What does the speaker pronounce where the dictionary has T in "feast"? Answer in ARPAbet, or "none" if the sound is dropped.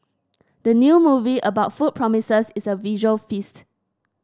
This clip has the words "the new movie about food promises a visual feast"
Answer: T